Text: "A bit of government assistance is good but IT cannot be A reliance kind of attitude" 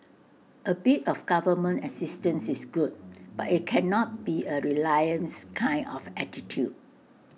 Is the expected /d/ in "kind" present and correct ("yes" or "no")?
no